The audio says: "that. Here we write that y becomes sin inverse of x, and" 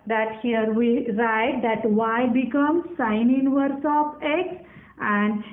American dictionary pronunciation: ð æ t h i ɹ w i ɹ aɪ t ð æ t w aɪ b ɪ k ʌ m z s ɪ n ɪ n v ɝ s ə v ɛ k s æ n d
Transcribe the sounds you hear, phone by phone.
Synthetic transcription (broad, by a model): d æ t h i ɹ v i ɹ aɪ t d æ t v aɪ b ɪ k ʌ m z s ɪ n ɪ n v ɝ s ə p ɛ k s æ n d